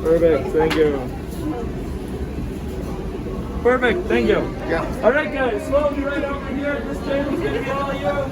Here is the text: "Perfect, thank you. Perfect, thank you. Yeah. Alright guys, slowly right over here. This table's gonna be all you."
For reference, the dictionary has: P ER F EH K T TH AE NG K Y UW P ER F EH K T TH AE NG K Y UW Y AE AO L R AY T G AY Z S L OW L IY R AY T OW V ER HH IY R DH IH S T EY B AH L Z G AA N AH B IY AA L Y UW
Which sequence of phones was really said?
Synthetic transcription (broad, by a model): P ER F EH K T TH AE NG K Y UW P ER F EH K T TH AE NG K Y UW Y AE AO L R AY T G AY Z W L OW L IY R AY T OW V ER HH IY R DH IH S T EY AH Z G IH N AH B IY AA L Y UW